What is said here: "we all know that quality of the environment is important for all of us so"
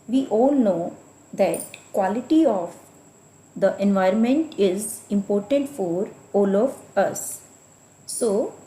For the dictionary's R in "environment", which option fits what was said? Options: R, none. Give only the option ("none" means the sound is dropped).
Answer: R